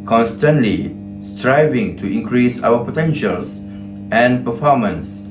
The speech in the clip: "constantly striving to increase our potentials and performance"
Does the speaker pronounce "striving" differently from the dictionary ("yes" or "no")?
no